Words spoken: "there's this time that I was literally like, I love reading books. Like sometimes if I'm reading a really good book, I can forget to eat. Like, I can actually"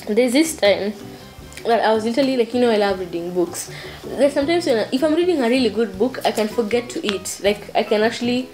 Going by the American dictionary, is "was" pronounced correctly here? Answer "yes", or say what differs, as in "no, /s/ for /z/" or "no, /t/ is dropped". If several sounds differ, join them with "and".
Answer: yes